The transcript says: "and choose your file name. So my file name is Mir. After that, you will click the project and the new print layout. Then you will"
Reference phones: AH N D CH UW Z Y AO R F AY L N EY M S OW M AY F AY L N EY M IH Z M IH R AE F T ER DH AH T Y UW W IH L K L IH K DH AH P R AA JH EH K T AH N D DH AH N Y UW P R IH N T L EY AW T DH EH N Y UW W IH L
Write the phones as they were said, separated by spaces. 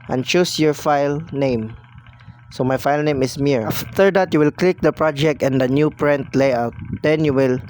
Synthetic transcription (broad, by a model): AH N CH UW S Y AO R F AY L N EY M S OW M AY F AY L N EY M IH S M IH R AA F T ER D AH T Y UW W IH L K L IH K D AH P R AA JH EH K T AH N D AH N Y UW P R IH N T L EY AW T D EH N Y UW W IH L